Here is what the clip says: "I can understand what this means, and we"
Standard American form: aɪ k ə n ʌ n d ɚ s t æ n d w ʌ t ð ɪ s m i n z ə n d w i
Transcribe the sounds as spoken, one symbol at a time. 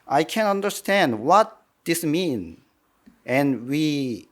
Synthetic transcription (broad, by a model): aɪ k ə n ʌ n d ɚ s t æ n d w ʌ t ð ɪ s m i n ə n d w i